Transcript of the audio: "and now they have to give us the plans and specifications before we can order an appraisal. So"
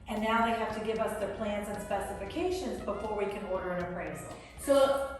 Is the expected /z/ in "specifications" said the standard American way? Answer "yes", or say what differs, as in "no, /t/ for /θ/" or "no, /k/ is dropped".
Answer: yes